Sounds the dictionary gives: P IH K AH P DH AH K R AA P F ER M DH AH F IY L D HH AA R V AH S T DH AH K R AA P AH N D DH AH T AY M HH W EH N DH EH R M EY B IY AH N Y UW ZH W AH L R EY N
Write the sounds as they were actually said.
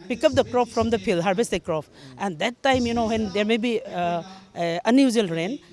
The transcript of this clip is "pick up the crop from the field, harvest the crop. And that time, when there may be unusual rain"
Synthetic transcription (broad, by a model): P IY K AH P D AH K R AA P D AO M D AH P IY L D HH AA R B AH S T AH K R AA P AH N D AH T AY M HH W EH N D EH R M EY B IY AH N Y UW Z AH L R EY N